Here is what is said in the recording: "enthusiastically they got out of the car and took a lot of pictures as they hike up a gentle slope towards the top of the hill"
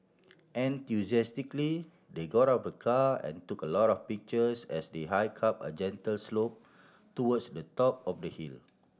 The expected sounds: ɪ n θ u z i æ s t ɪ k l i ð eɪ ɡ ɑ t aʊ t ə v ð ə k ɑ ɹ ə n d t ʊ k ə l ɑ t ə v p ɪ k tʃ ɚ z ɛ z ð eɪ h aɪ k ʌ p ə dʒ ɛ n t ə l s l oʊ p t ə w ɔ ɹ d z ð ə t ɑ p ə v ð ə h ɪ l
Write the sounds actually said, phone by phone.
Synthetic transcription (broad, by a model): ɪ n t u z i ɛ s t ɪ k l i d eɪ ɡ ɑ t t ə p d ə k ɑ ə n t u k ə l ɑ t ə f p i k tʃ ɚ s ɛ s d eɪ h aɪ k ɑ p ə dʒ ɛ n t ə l s l oʊ p t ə w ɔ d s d ə t ɑ p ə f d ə h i l